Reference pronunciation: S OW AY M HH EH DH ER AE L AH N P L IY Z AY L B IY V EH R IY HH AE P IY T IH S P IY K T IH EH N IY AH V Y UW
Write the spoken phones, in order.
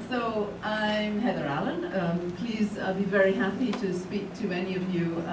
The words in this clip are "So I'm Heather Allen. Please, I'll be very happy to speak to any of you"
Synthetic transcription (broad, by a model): S OW AY M HH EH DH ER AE L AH N P L IY Z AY B IY V EH R IY HH AE P IY T IH S P IY K T IH EH N IY AH V Y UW